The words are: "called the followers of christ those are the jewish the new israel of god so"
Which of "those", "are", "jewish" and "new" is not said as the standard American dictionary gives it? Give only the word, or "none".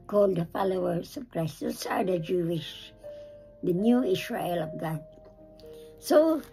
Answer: those